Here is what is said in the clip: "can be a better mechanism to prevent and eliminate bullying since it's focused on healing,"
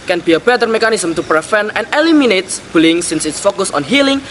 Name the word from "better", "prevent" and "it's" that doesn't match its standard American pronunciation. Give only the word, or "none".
prevent